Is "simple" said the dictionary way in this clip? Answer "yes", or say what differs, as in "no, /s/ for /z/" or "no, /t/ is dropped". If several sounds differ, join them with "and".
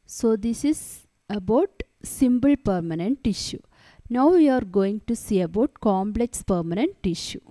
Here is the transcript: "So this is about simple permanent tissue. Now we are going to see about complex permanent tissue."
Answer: no, /b/ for /p/